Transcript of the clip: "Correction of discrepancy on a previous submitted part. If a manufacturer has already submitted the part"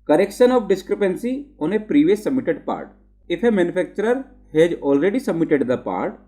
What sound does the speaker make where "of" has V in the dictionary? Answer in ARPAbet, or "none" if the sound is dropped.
P